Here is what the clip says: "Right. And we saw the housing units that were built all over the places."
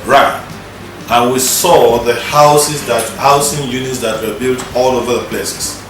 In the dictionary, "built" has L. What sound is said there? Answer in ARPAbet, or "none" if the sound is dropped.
L